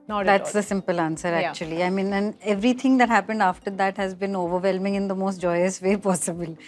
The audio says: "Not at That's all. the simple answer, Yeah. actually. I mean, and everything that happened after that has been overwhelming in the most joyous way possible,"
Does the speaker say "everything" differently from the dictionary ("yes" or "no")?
yes